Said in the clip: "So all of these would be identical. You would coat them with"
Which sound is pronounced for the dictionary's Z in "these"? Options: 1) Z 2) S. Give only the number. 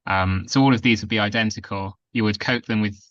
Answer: 1